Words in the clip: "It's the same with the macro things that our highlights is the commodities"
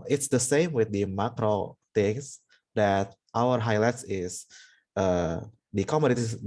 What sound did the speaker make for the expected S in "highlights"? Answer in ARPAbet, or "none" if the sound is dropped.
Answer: S